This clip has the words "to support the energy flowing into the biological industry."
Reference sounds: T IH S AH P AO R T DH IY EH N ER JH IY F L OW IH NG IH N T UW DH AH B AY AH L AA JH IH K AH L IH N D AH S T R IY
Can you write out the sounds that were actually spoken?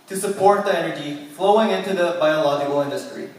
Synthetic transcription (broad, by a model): T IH S AH P AO R T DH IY EH N ER JH IY F L OW IH NG IH N T UW DH AH B AY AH L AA JH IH K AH L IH N D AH S T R IY